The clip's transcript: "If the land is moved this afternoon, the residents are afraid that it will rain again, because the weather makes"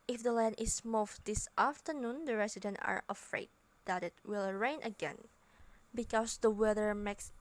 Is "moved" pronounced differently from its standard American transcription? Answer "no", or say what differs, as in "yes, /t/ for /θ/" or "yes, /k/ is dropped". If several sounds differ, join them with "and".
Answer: yes, /f/ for /v/